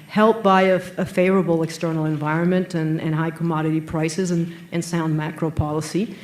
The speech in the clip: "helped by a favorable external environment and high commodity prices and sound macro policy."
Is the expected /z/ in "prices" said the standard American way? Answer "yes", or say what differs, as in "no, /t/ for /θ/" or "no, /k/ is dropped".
yes